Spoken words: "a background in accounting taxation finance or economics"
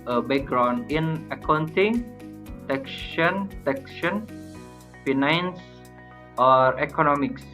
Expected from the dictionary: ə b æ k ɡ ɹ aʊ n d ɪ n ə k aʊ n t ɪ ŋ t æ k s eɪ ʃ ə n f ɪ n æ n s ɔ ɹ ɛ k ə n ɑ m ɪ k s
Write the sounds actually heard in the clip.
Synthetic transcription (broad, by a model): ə b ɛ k ɡ ɹ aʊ n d ɪ n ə k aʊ n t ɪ ŋ t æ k ʃ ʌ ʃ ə n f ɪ n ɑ n s ɔ ɹ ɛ k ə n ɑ m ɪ k s